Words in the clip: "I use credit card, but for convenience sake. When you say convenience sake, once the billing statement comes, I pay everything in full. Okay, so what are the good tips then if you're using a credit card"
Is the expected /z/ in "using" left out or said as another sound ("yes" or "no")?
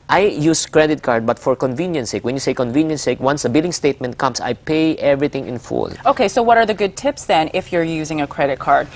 no